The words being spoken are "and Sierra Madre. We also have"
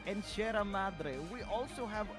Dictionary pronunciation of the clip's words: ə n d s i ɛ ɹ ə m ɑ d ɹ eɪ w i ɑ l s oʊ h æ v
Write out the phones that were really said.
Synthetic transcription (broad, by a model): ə n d ʃ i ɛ ɹ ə m ɑ d ɹ eɪ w i ɑ l s oʊ h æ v